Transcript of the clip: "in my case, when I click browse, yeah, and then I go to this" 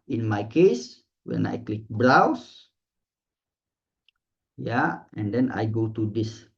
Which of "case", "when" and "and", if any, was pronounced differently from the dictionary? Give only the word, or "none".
none